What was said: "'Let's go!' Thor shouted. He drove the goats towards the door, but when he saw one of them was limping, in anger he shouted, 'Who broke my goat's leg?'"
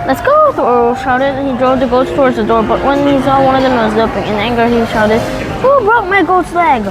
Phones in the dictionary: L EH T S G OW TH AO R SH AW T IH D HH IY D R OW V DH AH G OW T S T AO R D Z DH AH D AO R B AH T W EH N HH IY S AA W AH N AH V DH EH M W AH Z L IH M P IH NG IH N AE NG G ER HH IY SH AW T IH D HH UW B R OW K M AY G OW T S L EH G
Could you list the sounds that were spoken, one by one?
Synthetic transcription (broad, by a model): L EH T S G OW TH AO L SH AW T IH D HH IY D R OW V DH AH G OW T S T AO R D Z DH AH D AO R B AH T W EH N HH IY S AA W AH N AH V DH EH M W AH Z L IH P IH NG IH N AE NG G ER HH IY SH AW T IH D HH UW B R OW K M AY G OW T S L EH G